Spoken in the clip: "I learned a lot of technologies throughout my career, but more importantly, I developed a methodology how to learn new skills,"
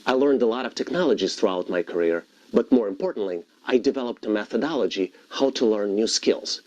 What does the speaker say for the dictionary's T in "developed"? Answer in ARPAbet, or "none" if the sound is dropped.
T